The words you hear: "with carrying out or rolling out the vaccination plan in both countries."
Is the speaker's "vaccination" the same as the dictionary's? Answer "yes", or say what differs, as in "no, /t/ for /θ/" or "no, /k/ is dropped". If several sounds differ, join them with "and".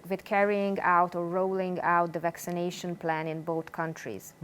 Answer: yes